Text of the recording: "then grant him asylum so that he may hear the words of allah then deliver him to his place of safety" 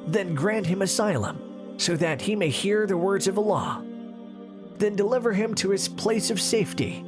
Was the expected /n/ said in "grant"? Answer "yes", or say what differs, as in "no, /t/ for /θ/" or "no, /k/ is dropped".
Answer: yes